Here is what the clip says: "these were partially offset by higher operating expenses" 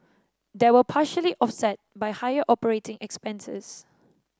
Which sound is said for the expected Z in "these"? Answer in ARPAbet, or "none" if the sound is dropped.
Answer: none